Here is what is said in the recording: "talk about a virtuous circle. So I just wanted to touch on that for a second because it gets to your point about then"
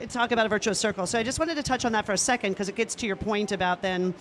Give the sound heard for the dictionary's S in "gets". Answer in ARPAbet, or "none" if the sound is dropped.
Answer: S